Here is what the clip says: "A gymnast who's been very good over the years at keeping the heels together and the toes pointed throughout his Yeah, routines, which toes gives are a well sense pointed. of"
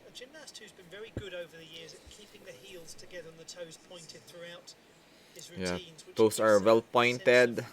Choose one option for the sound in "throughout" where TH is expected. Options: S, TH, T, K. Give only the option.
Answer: TH